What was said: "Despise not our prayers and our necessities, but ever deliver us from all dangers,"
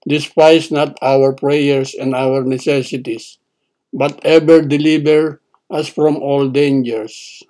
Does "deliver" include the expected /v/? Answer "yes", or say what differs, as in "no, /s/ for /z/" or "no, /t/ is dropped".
no, /b/ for /v/